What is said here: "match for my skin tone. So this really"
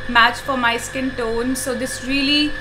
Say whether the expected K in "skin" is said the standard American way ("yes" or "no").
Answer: yes